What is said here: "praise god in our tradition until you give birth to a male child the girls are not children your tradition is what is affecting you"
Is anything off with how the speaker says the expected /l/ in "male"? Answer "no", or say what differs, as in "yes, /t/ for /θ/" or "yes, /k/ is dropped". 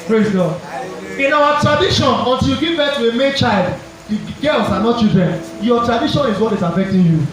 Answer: yes, /n/ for /l/